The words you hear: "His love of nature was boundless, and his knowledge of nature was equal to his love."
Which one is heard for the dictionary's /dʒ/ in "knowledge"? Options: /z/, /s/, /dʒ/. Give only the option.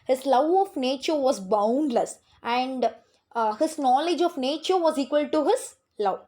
/dʒ/